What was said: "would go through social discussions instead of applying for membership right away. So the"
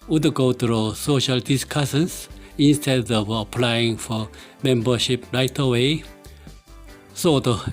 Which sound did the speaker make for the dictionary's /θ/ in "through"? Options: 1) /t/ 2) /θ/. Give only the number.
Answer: 1